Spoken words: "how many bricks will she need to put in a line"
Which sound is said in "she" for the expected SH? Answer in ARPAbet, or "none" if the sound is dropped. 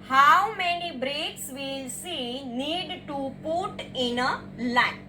S